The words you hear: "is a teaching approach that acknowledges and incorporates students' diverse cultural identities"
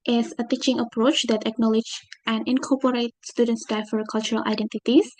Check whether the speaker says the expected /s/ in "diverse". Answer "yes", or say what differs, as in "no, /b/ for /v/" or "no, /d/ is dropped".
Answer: no, /s/ is dropped